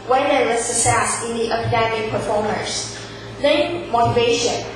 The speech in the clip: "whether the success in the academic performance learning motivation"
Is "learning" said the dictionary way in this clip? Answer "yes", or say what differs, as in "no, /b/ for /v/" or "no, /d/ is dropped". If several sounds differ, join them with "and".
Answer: no, /n/ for /l/ and /n/ is dropped